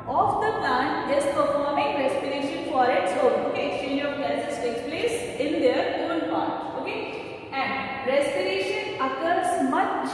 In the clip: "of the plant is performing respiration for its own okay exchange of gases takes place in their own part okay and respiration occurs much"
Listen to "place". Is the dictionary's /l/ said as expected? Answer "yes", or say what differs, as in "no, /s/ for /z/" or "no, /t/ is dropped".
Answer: yes